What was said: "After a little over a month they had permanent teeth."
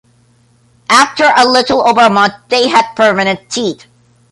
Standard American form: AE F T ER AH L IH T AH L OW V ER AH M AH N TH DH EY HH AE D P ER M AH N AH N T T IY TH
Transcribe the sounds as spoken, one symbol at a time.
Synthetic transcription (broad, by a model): AE F T ER AH L IH T L OW V ER M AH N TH DH EY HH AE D P ER M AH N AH N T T IY T